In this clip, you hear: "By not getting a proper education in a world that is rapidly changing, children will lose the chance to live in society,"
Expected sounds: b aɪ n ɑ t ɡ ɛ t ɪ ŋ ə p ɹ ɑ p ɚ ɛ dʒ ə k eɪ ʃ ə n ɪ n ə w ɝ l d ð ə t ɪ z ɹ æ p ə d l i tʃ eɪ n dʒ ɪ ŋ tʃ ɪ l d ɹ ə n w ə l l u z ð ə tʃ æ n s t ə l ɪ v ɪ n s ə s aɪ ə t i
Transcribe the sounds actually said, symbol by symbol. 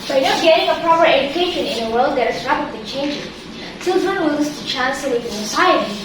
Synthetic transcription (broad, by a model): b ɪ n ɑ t ɡ ɛ t ɪ ŋ ə p ɹ ɑ p ɚ ɛ dʒ ə k eɪ ʃ ə n ɪ n ə w ɝ l d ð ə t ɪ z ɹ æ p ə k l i tʃ eɪ n dʒ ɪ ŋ tʃ ɪ l d ɹ ə n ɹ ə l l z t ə tʃ æ n s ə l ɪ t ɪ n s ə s aɪ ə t i